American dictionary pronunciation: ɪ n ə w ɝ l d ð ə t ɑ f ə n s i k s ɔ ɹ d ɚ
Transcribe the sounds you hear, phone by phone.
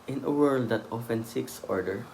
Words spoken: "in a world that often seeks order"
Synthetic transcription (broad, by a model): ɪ n ə w ɝ l d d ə t ɑ f ə n s i k s ɔ ɹ d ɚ